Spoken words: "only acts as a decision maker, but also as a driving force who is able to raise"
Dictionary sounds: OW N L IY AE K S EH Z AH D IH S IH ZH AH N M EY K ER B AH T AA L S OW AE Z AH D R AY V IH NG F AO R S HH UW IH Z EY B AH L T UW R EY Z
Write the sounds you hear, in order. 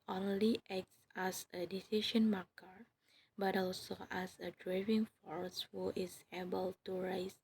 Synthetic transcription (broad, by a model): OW N L IY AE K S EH S AH D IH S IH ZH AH N M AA K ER B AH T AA L S OW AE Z AH D R AY V IH NG F AO R S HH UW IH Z EY B AH L T UW R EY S